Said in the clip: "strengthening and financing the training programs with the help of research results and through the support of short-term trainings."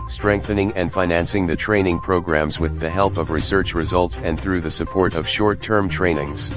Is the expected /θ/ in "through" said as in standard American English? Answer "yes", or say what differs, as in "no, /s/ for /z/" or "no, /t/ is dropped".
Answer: yes